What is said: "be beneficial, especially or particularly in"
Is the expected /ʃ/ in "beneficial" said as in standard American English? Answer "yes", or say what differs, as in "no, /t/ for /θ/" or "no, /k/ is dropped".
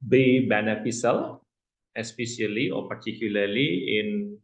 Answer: no, /s/ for /ʃ/